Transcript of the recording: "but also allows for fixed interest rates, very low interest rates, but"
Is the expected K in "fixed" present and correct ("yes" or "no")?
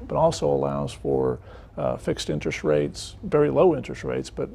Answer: yes